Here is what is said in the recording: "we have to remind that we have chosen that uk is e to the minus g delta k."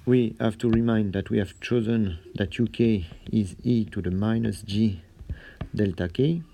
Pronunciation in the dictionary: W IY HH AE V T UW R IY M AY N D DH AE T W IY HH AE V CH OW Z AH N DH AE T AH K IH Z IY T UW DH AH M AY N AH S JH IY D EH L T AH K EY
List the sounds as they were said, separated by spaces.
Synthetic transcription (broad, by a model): W IY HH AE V T UW R IY M AY N D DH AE T W IY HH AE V CH OW Z AH N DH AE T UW K IH Z IY T UW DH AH M AY N AH S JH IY D EH L T AH K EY